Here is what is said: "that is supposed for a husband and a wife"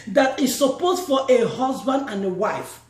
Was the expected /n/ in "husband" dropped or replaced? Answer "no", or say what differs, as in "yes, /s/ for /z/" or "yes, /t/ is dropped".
no